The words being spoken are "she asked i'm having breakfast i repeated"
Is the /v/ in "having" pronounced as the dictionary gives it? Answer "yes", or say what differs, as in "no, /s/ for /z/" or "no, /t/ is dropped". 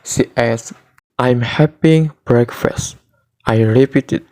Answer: no, /p/ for /v/